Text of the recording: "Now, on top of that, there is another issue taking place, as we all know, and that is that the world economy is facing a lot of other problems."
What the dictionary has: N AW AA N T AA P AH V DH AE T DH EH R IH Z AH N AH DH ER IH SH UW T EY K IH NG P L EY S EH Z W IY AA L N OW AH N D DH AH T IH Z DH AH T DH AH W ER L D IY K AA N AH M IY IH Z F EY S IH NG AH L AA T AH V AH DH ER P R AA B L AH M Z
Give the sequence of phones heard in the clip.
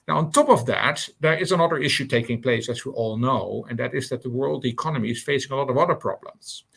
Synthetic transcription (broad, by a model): N AW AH N T AA P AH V DH AE T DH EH R IH Z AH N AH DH ER IH SH UW T EY K IH NG P L EY S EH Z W IY AA L N OW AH N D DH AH T IH Z DH AH T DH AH W ER L D IY K AA N AH M IY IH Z F EY S IH NG AH L AA T AH V AH DH ER P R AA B L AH M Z